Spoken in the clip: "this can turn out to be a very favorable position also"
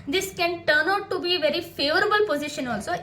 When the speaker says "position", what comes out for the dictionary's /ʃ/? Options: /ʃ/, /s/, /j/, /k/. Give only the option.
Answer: /ʃ/